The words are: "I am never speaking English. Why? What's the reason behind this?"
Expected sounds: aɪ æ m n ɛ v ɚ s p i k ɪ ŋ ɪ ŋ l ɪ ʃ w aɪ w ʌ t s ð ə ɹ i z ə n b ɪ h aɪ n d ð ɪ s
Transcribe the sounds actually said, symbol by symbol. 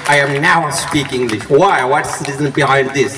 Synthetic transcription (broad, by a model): aɪ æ m n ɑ ʊ s p i k ɪ ŋ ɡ l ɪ ʃ w aɪ w ʌ t s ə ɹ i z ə n b ɪ h aɪ n d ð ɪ s